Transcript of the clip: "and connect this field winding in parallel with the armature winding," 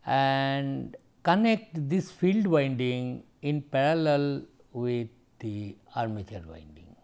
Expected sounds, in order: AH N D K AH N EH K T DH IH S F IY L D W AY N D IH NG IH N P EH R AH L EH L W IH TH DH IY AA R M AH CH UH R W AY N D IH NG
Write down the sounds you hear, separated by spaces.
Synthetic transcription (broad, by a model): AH N D K AH N EH K T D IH S F IY L D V AY N D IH NG IH N P EH R AH L EH L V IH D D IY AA R M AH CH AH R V AY N D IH NG